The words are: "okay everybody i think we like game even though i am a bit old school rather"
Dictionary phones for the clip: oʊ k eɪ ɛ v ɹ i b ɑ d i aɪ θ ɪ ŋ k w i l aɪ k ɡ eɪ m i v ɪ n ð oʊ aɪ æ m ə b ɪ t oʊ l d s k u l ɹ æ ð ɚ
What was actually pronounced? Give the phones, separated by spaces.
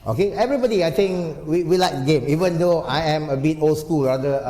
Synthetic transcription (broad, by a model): oʊ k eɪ ɛ v ɹ i b ɑ d i aɪ t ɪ ŋ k w i l aɪ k ɡ eɪ m i v ɪ n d oʊ aɪ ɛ m ə b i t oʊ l s k u l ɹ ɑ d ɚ